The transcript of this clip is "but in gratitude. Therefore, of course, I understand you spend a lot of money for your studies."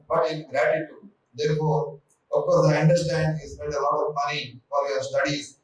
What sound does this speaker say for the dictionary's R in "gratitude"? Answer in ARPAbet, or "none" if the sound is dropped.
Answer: R